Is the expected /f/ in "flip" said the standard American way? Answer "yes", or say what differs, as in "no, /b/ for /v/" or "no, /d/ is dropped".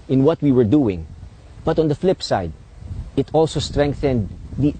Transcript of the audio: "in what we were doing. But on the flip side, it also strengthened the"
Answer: yes